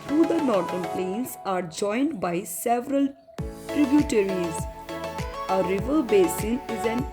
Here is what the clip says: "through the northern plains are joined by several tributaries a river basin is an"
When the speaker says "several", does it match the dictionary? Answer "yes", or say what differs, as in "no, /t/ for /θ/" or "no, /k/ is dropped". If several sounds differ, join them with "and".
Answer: yes